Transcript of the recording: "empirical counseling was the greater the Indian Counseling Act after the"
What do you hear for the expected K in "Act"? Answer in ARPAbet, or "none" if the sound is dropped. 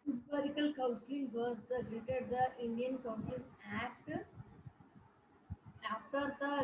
K